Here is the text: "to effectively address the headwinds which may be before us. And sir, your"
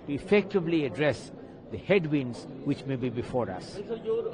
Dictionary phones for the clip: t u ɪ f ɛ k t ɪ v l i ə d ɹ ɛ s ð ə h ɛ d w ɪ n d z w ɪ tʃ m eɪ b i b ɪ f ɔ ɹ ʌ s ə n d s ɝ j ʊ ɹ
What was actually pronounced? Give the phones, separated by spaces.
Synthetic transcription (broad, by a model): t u ɪ f ɛ k t ɪ v l i ə d ɹ ɛ s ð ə h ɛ d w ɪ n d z w ɪ tʃ m eɪ b i b ɪ f ɔ ɹ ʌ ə s